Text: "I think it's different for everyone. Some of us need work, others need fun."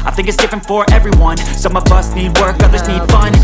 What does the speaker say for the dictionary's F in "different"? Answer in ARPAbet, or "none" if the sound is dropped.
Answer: F